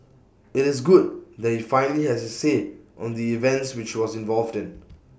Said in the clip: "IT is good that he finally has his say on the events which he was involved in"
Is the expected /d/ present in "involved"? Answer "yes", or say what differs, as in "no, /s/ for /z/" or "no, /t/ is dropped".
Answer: yes